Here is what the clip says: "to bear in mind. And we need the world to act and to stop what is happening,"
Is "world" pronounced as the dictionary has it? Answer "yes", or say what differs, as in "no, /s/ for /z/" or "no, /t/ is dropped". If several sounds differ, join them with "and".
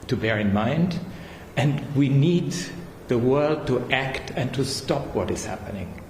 yes